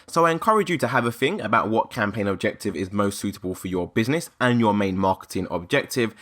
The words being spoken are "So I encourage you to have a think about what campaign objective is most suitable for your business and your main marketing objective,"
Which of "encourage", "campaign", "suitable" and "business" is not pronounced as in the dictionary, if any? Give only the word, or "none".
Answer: none